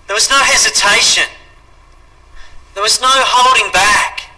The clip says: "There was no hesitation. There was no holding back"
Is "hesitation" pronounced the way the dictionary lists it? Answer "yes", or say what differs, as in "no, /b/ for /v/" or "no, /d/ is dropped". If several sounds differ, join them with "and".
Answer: yes